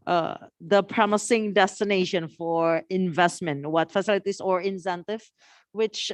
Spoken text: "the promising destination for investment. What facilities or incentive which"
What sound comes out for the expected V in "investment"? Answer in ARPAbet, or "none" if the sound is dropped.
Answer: V